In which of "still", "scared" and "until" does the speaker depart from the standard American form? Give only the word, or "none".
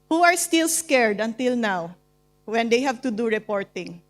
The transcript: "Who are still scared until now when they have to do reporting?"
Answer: none